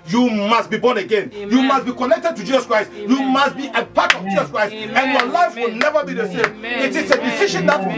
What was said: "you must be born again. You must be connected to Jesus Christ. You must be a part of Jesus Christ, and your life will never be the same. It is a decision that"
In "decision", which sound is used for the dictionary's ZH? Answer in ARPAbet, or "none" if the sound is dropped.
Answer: SH